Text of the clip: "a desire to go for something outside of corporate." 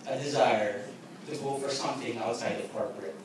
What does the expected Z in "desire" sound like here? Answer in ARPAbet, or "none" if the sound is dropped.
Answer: Z